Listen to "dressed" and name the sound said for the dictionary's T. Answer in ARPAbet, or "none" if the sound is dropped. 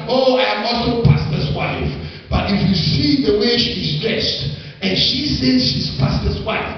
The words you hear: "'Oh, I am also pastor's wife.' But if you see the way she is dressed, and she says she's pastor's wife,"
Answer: T